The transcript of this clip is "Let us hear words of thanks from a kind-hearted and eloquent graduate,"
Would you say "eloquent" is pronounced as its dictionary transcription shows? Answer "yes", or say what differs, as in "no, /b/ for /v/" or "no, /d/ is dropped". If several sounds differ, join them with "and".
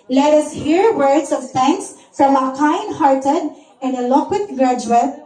no, /n/ is dropped